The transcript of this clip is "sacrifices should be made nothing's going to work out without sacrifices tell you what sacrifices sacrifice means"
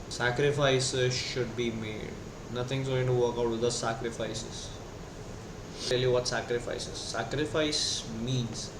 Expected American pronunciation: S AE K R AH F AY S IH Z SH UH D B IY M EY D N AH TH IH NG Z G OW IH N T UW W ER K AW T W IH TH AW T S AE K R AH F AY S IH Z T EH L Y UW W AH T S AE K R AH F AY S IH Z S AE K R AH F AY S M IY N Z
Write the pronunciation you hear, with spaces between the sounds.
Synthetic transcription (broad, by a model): S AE K R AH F AY S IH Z SH UH D B IY M EY D N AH T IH NG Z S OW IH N T UW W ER K AW T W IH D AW S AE K R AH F AY S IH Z T EH L Y UW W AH T S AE K R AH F AY S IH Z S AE K R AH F AY S M IY N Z